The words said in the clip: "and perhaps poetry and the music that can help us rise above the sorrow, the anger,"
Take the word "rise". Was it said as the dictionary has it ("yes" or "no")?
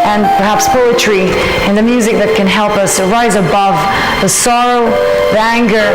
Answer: yes